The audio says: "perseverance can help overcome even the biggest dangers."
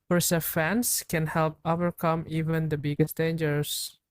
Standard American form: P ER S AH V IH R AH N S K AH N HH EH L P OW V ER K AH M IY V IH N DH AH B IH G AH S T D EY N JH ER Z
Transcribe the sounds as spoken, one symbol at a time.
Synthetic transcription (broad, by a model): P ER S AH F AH N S K AH N HH EH L P OW V ER K AH M IY V IH N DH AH B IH G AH S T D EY N JH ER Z